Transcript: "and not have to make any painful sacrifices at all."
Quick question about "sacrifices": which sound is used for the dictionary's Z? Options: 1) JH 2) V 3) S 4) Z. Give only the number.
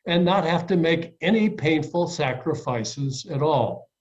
4